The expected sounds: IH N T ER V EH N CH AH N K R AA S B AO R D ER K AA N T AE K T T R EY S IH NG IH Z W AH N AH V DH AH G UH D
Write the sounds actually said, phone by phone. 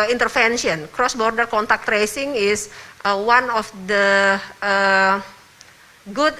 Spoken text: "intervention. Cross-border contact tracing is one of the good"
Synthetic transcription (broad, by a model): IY N T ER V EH N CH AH N K R AA S B AO R D ER K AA N T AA K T T R EY S IH NG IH S W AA N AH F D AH G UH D